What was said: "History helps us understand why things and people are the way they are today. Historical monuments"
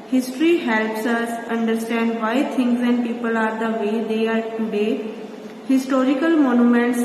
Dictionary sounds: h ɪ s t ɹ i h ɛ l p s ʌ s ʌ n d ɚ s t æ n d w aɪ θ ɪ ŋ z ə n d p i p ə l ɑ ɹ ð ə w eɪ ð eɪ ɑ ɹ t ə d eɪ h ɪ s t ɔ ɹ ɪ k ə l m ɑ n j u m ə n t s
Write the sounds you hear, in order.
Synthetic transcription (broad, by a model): h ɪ s t ɹ i h ɛ l p s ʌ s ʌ n d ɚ s t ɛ n d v aɪ t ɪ ŋ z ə n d p i p ə l ɑ ɹ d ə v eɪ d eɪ ɑ ɹ t ə d eɪ h ɪ s t ɔ ɹ ɪ k ə l m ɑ n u m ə n t s